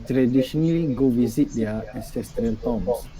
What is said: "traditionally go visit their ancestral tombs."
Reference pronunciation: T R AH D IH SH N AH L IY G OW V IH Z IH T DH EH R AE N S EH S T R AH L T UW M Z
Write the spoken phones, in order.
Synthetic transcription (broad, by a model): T R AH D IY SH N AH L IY G OW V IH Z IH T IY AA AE S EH S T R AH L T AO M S